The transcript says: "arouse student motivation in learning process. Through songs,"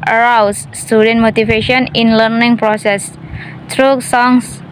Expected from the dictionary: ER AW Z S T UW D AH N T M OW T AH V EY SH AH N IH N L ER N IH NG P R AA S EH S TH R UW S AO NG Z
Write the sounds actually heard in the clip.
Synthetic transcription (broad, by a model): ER AW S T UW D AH N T M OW T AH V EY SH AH N IH N L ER N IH NG P R AA S EH S T R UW S AO NG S